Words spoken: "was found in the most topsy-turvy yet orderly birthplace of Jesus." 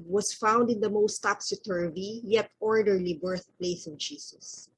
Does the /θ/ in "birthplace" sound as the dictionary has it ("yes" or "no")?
yes